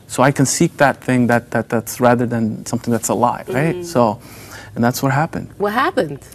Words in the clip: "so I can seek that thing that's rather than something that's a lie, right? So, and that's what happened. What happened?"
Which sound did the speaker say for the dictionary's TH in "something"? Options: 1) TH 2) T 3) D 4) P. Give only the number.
1